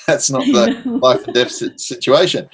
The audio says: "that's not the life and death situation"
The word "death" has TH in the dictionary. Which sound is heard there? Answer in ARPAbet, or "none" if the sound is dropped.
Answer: T